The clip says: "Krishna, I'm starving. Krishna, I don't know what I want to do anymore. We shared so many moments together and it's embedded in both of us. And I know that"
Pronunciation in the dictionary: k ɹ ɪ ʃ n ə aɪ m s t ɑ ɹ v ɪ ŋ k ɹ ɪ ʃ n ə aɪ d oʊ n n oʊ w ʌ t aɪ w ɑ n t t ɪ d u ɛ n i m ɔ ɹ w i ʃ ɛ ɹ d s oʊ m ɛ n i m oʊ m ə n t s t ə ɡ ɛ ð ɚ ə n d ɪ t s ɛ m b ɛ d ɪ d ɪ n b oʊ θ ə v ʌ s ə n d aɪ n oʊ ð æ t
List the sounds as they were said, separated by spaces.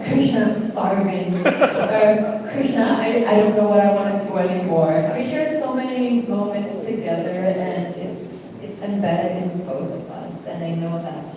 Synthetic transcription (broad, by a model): k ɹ ɪ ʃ n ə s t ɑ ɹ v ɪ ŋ k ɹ ɪ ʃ n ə aɪ d oʊ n n oʊ w ʌ t aɪ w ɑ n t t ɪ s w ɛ l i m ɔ ɹ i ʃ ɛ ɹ s oʊ m ɛ n i m oʊ m ə n t s t ə ɡ ɛ ð ɚ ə n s ɪ t s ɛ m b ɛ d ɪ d ɪ n b oʊ θ ə v ʌ s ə n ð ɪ n oʊ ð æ t